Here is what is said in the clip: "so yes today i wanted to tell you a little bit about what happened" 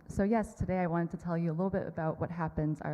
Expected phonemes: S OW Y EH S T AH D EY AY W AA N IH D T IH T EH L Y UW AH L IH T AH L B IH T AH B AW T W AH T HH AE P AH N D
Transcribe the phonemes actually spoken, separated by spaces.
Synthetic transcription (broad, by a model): S OW Y EH S T AH D EY AY W AA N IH D T IH T EH L Y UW AH L IH T L B IH T AH B AW T W AH T HH AE P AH N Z